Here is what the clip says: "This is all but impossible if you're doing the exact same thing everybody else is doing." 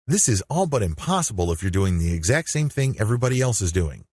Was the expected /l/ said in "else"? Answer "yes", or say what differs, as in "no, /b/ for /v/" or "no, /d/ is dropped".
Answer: yes